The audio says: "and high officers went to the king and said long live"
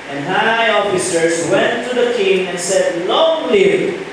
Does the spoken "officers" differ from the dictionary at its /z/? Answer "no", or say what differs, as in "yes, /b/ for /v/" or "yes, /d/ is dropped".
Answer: yes, /s/ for /z/